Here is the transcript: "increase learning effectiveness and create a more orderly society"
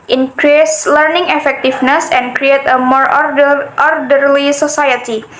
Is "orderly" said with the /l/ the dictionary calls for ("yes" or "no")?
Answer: yes